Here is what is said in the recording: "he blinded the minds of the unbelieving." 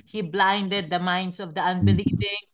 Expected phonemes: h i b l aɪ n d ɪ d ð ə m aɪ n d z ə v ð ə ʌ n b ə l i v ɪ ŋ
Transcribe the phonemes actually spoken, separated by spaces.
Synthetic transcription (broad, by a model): h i b l aɪ n d ɪ d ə m aɪ n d s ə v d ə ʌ n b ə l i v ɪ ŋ